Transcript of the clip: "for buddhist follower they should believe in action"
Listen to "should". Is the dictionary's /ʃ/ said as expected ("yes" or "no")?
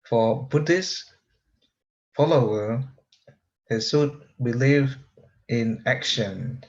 no